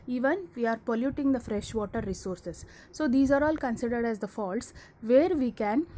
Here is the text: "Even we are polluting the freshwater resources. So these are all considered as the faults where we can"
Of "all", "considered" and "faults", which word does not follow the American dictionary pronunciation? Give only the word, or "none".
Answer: none